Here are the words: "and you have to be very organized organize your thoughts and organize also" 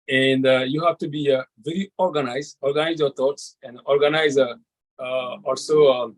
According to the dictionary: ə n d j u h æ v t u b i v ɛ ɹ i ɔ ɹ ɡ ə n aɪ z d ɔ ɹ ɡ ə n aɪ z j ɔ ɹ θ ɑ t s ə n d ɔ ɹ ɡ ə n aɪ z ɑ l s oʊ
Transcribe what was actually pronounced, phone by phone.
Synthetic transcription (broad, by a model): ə n d j u h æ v t u b i v ɛ ɹ i ɔ ɹ ɡ ə n aɪ z d ɔ ɹ ɡ ə n aɪ z j ɔ ɹ t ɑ t s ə n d ɔ ɹ ɡ ə n aɪ z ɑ l s oʊ